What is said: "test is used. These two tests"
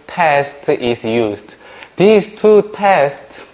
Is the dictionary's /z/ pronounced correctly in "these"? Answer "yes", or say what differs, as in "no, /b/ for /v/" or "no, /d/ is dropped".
no, /s/ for /z/